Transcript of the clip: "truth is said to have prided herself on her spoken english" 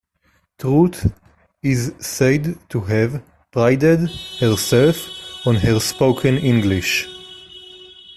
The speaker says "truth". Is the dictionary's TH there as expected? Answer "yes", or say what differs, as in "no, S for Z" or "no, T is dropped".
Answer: no, T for TH